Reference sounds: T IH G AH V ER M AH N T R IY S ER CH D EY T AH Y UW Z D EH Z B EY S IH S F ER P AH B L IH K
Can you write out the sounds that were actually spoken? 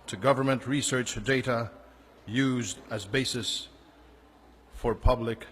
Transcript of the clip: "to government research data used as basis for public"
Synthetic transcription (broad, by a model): T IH G AH V ER M AH N T R IY S ER CH D EY T AH Y UW Z D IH Z B EY S IH S F ER P AH B L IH K